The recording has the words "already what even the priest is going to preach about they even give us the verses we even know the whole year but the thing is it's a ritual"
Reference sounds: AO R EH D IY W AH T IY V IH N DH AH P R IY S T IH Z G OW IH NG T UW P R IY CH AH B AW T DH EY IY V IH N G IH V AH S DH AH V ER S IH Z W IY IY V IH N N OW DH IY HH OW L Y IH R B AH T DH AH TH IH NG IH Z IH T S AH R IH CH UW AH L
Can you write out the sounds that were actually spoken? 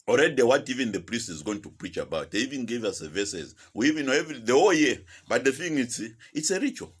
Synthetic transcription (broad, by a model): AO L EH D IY W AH T IY V IH N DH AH P R IY S T IH Z G OW IH NG T UW P R IY CH AH B AW T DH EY IY V IH N G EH V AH S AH V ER S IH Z W IY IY V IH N N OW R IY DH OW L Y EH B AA T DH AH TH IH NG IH S IH T S AH R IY CH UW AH L